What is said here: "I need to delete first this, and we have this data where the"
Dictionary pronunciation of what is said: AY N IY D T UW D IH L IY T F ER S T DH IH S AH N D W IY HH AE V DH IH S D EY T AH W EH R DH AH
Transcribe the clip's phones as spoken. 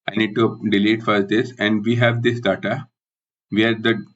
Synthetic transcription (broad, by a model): AY N IY D T UW D IH L IY T F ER T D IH S AH N D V IY HH AE V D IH S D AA T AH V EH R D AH